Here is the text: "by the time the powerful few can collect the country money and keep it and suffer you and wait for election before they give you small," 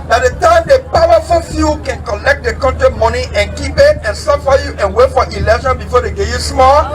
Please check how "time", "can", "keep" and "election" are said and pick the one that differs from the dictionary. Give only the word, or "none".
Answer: election